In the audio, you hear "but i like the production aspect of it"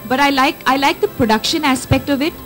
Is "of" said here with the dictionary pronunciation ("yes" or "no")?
yes